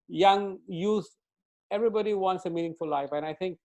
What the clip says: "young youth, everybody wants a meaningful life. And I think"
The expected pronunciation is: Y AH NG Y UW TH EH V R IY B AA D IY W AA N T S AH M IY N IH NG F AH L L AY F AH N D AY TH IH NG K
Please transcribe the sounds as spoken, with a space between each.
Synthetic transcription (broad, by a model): Y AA NG Y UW S EH V R IY B AA D IY W AA N T S AH M IY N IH NG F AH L L AY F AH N AY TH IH NG K